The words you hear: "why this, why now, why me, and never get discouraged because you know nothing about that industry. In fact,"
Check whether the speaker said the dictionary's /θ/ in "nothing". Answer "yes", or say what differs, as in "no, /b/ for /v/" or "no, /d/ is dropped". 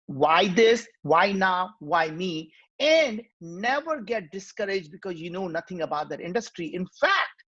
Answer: no, /t/ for /θ/